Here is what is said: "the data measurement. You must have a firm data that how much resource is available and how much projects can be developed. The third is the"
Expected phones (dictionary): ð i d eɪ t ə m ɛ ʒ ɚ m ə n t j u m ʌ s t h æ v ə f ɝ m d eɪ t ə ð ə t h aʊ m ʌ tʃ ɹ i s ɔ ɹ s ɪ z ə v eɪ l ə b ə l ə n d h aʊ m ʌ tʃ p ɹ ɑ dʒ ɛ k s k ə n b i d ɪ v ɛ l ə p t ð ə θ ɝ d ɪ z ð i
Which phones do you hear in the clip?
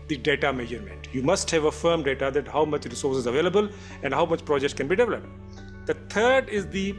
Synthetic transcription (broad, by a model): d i d eɪ t ə m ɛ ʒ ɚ m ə n t j u m ʌ s t h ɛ v ə f ɝ m d eɪ t ə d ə t h aʊ m ʌ tʃ ɹ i s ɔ ɹ s ɪ z ə v eɪ l ə b ə l ə n d h aʊ m ʌ tʃ p ɹ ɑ dʒ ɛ k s k ə n b i d ɪ v ɛ l ə p t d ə t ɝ d ɪ z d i